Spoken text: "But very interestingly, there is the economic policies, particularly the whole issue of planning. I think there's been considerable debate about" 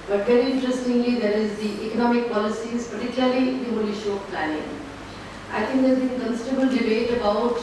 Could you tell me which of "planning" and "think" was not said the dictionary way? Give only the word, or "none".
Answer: think